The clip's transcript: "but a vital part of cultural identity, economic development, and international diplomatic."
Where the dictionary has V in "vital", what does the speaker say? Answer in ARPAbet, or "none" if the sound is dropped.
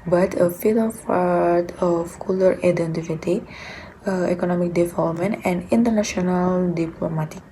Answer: F